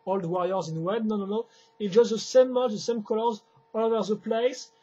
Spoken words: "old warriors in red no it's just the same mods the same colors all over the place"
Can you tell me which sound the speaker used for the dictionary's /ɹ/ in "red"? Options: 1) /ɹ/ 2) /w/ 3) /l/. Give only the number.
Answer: 2